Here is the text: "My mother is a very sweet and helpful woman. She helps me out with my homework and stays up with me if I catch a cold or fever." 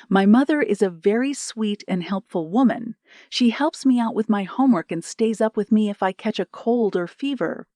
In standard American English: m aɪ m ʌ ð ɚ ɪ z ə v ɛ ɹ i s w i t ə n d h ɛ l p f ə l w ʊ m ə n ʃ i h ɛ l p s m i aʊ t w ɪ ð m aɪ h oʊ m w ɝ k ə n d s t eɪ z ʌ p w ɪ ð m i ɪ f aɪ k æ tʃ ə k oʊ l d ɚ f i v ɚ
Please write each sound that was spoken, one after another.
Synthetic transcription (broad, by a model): m aɪ m ʌ ð ɚ ɪ z ə v ɛ ɹ i s w i t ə n h ɛ l p f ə l w ʊ m ə n ʃ i h ɛ l p s m i aʊ t w ɪ ð m aɪ h oʊ m w ɝ k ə n s t eɪ z ʌ p w ɪ ð m i ɪ f aɪ k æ tʃ ə k oʊ l d ɚ f i v ɚ